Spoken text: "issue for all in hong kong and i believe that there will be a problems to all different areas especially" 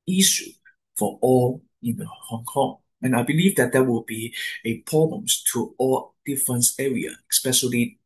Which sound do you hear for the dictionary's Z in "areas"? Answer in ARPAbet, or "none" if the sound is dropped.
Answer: none